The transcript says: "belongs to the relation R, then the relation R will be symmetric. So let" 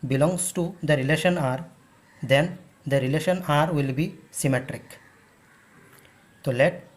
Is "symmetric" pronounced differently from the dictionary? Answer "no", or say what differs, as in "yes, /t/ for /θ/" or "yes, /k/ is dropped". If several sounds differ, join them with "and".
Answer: no